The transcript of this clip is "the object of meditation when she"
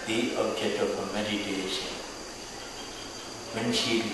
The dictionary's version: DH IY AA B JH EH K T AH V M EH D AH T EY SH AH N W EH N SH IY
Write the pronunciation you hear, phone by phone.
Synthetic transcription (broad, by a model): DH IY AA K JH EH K AH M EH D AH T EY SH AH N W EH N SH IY